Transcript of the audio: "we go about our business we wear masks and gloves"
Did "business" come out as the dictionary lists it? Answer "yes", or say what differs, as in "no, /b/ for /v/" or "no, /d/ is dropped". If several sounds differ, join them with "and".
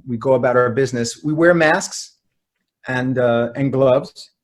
yes